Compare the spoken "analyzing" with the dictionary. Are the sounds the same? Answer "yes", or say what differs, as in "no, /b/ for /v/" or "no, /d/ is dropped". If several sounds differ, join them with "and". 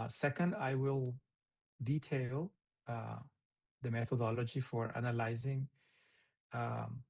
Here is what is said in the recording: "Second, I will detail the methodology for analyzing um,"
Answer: yes